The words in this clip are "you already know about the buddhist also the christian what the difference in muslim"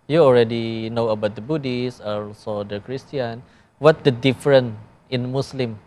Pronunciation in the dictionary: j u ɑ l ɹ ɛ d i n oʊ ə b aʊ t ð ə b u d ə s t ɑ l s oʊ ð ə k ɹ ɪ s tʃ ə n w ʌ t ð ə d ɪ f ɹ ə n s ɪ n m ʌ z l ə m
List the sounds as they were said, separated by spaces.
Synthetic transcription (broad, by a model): j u ɑ l ɹ ɛ d i n oʊ ə b aʊ t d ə b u d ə s ɑ l s oʊ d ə k ɹ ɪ s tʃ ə n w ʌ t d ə d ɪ f ɹ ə n ɪ n m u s l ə m